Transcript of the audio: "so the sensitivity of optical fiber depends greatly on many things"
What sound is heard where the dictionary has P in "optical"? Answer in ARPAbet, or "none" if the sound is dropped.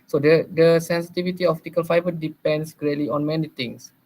F